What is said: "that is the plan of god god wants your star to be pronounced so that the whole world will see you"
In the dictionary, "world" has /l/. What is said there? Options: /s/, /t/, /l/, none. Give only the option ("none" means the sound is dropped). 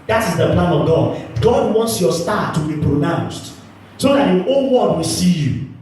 none